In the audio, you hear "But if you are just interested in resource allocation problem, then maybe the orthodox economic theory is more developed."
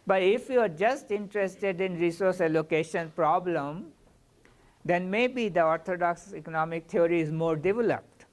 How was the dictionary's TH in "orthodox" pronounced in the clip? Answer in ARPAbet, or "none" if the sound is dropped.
T